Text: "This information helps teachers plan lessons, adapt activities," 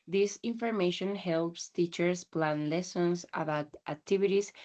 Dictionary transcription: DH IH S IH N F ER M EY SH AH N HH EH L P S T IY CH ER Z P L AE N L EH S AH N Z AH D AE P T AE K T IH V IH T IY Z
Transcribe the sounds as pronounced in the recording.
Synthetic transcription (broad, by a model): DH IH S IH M F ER M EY SH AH N HH EH L P S T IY CH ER S P L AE N L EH S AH N S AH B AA T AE K T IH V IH T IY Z